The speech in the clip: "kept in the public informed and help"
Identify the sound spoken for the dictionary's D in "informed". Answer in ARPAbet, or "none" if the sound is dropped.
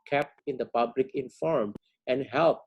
none